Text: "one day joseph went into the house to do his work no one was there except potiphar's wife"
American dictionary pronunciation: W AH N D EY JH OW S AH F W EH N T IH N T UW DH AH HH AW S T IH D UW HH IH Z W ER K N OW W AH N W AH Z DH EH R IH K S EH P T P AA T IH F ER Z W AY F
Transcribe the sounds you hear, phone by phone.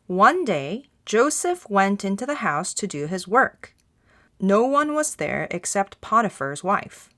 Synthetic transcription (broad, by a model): W AH N D EY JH OW S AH F W EH N T IH N T UW DH AH HH AW S T IH D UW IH Z W ER K N OW W AH N W AH Z DH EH R IH K S EH P T P AA T IH F ER Z W AY F